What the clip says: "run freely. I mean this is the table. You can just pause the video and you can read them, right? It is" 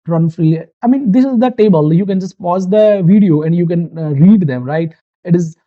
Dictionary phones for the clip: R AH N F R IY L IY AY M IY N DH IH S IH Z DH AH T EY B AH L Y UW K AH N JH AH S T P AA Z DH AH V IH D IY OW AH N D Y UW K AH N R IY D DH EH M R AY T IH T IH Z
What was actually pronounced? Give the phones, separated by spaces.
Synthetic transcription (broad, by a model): R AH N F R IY IY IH M IY N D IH S IH Z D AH T EY B AH L Y UW K AH N JH AH S T P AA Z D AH V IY D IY OW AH N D Y UW K AH N R IY D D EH M R AY T IH T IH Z